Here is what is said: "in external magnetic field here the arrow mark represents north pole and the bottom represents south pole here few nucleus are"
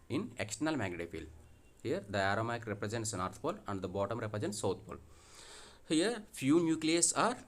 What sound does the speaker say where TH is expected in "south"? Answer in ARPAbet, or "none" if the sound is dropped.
T